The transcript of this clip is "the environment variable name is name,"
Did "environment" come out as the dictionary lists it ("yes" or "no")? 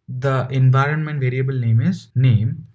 yes